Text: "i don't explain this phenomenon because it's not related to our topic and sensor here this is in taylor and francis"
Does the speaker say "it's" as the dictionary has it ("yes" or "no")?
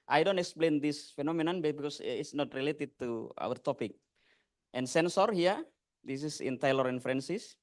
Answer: no